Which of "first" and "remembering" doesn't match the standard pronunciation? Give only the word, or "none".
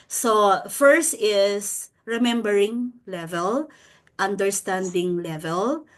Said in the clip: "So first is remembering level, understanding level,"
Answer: none